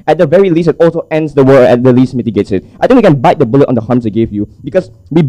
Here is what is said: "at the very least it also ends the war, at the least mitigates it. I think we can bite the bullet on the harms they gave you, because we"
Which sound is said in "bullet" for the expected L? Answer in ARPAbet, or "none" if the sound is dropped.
L